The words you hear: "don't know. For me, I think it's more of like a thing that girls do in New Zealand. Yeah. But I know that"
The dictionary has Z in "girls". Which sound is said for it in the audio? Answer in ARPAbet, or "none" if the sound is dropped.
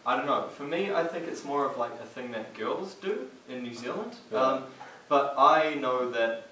Z